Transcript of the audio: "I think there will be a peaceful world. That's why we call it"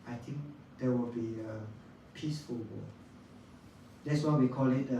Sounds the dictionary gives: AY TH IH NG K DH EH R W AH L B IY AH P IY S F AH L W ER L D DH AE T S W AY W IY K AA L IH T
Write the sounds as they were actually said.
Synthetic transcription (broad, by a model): AY T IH NG K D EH W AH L B IY AH P IY S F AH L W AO D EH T S W AY W IY K AA L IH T